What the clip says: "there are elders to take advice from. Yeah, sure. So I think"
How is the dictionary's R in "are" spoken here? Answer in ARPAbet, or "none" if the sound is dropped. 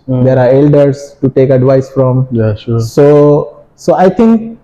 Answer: R